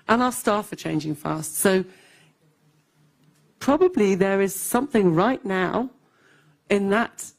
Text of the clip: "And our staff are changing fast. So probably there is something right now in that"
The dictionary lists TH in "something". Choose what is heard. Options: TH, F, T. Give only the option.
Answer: TH